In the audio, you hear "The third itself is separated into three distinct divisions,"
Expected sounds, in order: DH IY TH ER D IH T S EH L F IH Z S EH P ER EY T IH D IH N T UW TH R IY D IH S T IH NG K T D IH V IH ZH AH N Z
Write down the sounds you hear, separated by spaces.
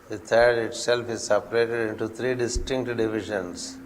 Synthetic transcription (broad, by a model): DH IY T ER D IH T S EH L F IH Z S EH P ER EY T IH D IH N T UW T R IY D IH S T IH NG K T D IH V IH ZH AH N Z